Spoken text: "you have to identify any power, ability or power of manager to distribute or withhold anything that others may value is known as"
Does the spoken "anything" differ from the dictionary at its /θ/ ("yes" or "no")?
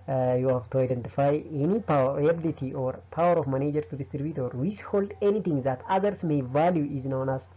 yes